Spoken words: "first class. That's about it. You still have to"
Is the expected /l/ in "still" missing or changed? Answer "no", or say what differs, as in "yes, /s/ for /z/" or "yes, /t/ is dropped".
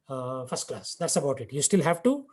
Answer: no